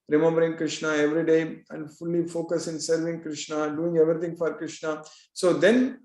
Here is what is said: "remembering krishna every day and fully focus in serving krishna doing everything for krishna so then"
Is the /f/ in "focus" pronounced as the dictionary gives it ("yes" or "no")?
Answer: yes